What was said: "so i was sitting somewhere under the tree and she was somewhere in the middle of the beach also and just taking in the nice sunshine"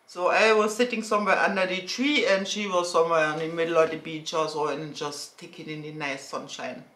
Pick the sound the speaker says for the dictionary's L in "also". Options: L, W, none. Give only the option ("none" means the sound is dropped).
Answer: none